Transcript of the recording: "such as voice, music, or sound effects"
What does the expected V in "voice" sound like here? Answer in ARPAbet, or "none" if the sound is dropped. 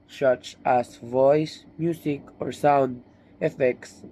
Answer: V